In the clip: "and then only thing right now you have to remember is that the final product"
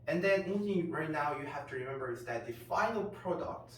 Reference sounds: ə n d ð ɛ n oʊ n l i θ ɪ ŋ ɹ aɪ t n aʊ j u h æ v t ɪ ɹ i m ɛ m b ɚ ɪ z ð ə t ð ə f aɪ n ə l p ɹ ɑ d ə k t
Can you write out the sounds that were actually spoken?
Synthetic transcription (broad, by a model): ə n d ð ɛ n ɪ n i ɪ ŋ ɹ aɪ t n aʊ j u h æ f t ɪ ɹ i m ɛ m b ɚ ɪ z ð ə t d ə f aɪ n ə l p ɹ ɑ d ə k t